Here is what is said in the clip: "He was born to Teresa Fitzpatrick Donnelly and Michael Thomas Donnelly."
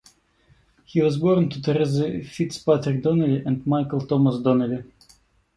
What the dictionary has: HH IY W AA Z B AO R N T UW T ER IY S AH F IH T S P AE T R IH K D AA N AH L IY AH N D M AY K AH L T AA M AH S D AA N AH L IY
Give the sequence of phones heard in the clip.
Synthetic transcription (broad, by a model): HH IY W AA Z B AO R N T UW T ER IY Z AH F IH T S P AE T R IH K D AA N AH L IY AH N D M AY K AH L T AA M AH S D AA N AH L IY